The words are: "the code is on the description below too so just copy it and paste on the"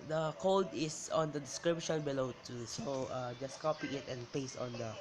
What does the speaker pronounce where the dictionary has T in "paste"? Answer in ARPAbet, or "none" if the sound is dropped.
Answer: none